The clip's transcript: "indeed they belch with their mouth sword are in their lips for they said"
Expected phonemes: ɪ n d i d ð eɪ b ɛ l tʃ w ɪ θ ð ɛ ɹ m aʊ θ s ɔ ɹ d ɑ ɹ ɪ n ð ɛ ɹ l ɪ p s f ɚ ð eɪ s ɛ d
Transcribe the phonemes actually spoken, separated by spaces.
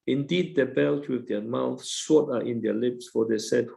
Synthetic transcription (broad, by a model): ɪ n d i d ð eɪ b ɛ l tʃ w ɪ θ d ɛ m aʊ θ s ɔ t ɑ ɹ ɪ n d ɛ l ɪ p s f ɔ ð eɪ s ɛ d